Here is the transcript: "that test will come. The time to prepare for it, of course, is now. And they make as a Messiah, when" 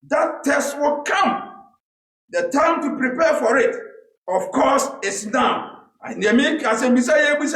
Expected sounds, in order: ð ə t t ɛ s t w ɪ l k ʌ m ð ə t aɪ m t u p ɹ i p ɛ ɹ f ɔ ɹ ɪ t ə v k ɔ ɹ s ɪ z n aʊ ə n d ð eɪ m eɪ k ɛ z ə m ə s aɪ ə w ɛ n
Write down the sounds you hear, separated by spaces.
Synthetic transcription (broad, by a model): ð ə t t ɛ s t w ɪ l k ʌ m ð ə t aɪ m t u p ɹ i p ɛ f ɔ ɹ ɪ t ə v k ɔ s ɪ s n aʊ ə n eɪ m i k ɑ s ə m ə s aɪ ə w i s